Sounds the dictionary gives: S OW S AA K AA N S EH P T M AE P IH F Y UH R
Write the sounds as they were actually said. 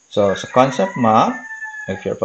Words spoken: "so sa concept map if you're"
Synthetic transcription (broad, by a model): S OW S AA K AA N S EH P T M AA IH F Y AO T